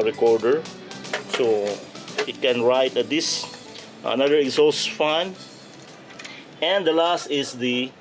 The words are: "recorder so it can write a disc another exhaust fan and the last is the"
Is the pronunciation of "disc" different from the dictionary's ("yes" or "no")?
yes